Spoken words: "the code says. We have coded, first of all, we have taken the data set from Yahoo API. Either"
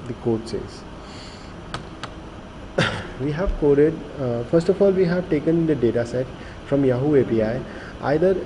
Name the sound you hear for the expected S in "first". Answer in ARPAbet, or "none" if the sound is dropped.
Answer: S